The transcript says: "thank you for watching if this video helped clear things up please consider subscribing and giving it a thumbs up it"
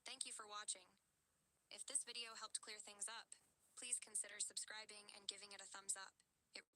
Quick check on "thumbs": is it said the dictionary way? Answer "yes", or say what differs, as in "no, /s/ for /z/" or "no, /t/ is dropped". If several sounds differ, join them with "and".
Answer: yes